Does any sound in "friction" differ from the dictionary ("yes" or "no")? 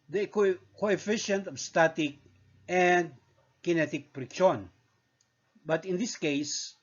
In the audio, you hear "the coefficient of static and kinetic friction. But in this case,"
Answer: yes